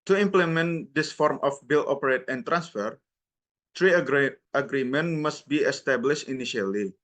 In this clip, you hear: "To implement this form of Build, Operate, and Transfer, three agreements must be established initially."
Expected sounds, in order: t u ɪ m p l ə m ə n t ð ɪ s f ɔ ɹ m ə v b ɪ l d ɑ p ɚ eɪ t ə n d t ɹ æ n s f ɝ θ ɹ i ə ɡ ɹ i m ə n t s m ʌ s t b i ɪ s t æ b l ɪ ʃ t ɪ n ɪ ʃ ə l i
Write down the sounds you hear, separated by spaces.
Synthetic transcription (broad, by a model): t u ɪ m p l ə m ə n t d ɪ s f ɔ ɹ m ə f b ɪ l ɑ p ɚ eɪ t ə n t ɹ æ n s f ɝ t ɹ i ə ɡ ɹ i m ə n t m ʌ s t b i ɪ s t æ b l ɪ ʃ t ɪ n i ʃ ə l i